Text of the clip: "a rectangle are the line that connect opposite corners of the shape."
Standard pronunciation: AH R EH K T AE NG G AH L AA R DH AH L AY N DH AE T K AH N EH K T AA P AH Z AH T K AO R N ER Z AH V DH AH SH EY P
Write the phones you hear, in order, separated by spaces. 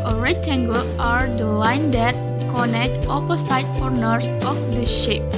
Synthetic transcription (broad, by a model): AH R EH T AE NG G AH L AA R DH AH L AY N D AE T K AH N EH K T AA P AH S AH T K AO R N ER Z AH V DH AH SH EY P